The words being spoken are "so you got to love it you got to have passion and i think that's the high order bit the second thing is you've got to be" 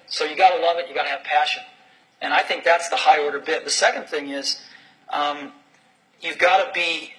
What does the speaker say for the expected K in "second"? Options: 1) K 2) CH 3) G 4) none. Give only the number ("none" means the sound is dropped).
1